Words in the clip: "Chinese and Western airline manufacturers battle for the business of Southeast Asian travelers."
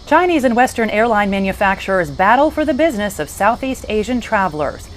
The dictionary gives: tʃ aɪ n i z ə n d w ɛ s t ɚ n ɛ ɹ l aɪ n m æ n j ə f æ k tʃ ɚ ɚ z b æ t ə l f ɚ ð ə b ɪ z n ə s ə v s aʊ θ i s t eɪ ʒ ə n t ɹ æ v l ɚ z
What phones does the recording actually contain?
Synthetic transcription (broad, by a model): tʃ aɪ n i z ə n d w ɛ s t ɚ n ɛ ɹ l aɪ n m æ n j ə f æ k tʃ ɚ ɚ z b æ t l f ɚ ð ə b ɪ z n ə s ə v s aʊ θ i s t eɪ ʒ ə n t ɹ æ v l ɚ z